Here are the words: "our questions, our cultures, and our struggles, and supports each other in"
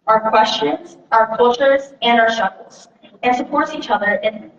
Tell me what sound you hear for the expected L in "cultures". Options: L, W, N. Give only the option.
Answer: L